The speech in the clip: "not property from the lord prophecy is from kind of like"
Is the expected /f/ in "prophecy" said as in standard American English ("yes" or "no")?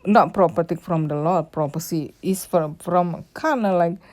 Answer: no